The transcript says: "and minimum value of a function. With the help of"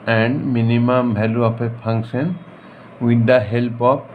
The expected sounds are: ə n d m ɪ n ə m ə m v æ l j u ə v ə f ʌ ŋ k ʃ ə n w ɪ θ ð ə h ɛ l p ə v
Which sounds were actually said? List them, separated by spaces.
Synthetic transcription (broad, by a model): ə n d m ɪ n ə m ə m b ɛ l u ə p ə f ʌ ŋ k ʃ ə n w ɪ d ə h ɛ l p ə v